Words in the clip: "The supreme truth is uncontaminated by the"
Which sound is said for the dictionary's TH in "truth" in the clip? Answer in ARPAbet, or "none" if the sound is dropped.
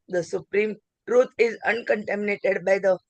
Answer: T